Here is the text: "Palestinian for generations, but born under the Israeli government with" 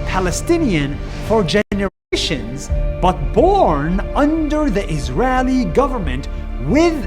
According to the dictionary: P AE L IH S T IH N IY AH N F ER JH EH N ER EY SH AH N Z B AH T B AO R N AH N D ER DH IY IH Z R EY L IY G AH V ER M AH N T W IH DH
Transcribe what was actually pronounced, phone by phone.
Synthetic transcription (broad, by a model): P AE L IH S T IH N IY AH N F ER JH EH N ER EY SH AH N Z B AH T B AO R N AH N D ER DH IY IH Z R EY L IY G AH V ER M AH N T W IH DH